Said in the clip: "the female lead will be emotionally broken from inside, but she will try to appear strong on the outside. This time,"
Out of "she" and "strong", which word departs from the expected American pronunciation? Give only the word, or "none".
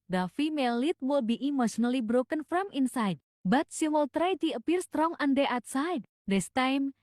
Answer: she